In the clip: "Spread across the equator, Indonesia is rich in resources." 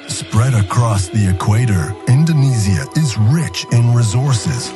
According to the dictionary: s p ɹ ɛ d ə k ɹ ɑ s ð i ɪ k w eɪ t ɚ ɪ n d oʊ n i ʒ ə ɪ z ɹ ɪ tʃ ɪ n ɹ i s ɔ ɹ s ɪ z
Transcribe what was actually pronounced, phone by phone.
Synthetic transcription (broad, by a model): s p ɹ ɛ d ə k ɹ ɑ s ð i ɪ k w eɪ t ɚ ɪ n d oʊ n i z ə ɪ z ɹ ɪ tʃ ɪ n ɹ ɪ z ɔ ɹ s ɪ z